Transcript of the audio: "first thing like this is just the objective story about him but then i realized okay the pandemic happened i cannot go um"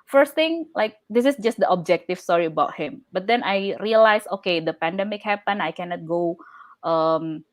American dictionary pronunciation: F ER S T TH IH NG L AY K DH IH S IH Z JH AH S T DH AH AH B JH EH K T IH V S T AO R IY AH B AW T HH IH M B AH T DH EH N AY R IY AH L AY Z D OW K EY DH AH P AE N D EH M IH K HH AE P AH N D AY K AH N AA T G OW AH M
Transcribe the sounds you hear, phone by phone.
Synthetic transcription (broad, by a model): F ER S T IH NG L AY K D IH S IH S JH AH S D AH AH B JH EH K T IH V S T AO R IY AH B AW T HH IH M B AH T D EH N AY R IY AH L AY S OW K EY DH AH P AE N D EH M IH K HH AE P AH N AY K AH N AA T G OW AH M